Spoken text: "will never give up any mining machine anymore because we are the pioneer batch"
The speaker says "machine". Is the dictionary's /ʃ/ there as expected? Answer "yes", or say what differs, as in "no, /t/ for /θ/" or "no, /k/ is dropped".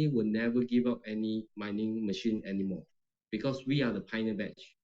yes